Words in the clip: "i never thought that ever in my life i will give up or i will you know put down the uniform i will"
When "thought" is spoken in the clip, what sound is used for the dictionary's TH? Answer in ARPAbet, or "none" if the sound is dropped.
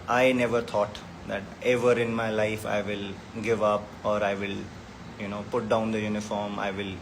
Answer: T